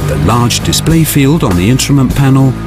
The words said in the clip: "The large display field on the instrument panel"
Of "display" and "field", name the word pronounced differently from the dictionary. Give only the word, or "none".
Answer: none